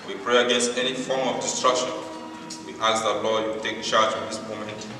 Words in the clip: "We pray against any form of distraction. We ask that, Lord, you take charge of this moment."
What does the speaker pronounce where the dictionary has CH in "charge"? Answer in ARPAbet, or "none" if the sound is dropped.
CH